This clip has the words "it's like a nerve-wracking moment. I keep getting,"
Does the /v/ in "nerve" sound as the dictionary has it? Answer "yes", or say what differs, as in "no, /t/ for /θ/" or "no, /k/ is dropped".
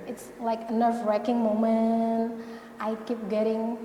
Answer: no, /f/ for /v/